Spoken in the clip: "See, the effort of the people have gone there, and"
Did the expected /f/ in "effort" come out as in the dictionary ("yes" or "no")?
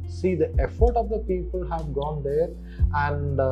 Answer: yes